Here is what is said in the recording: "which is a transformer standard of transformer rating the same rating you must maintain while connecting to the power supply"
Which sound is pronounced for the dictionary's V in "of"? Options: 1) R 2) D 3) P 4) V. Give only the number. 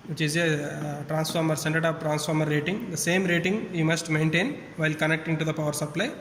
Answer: 3